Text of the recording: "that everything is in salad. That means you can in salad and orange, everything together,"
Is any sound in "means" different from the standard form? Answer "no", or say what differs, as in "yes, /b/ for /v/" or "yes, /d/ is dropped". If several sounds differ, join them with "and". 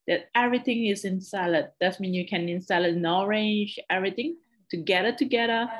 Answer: yes, /z/ is dropped